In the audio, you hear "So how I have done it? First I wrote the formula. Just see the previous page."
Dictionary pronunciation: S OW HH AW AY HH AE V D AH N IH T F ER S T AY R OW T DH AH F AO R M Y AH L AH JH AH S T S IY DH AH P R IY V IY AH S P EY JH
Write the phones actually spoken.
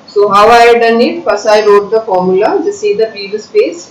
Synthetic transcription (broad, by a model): S OW HH AW AY D AH N IH T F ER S AY R OW T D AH F AO R M Y AH L AH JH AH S S IY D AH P IY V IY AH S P EY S